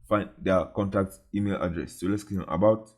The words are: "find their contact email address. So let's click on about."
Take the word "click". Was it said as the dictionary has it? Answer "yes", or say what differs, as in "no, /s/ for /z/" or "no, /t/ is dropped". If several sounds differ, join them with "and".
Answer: no, /l/ is dropped